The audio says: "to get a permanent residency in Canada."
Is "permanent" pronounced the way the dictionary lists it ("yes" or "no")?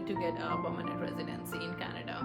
no